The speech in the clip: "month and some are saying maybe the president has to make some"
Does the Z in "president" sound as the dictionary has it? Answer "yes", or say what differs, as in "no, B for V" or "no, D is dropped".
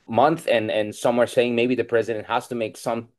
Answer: yes